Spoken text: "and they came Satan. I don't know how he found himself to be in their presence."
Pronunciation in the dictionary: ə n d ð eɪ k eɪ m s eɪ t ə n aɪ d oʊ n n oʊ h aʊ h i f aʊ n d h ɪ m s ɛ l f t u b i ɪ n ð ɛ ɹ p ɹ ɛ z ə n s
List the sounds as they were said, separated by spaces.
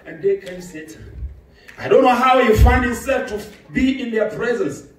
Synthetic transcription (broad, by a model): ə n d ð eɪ k eɪ m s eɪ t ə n aɪ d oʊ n n oʊ h aʊ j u f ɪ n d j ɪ s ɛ l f t u b i ɪ n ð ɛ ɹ p ɹ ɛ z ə n s